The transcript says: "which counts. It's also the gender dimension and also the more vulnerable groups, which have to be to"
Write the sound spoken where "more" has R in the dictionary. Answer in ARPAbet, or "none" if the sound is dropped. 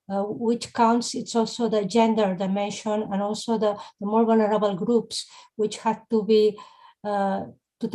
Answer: R